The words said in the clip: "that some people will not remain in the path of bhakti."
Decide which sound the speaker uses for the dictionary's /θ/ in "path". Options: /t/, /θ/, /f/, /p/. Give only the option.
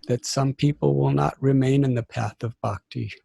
/θ/